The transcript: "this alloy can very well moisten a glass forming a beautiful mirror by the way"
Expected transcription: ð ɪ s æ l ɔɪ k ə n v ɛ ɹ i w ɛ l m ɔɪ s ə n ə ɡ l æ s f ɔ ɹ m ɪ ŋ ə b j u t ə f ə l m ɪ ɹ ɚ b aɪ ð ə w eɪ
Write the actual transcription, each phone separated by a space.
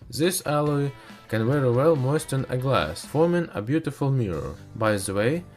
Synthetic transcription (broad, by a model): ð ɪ s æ l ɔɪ k ə n w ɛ ɹ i w ɛ l m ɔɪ s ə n ə ɡ l æ s f ɔ ɹ m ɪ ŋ ə b j u t ə f ə l m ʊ ɹ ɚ b aɪ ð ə w eɪ